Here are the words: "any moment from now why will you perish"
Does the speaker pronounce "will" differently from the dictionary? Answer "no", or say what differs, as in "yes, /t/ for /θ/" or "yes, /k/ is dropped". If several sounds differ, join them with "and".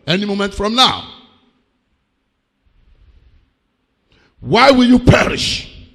no